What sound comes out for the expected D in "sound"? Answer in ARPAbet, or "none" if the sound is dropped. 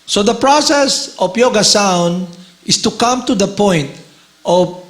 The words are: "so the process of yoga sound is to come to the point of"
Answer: D